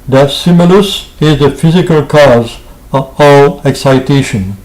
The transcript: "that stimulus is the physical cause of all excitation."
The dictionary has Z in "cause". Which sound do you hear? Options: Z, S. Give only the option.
Z